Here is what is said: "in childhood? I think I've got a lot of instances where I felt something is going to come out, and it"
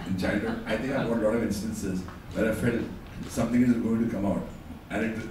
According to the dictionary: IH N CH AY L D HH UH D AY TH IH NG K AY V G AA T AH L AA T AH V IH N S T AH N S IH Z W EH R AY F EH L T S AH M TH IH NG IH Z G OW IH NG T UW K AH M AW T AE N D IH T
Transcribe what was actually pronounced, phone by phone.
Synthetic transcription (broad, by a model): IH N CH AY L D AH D AY T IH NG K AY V G AA T AH L AA T AH V IH N S T AH N S IH Z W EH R AY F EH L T S AH M T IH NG IH Z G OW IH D T UW K AH M AW T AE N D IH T